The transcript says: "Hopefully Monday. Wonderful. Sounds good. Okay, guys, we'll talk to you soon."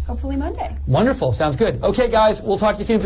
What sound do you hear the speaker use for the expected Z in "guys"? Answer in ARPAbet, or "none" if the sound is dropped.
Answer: Z